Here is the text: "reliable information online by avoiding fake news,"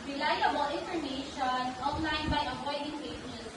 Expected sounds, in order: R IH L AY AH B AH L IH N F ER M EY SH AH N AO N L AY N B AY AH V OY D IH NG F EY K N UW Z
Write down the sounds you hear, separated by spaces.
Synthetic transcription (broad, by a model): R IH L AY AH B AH L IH N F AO M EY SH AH N AO N L AY N B AY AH P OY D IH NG P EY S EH